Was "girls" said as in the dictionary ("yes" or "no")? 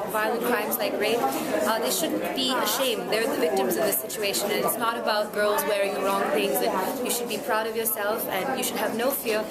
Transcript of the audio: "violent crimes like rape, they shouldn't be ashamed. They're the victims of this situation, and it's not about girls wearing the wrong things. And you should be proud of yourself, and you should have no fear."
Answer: yes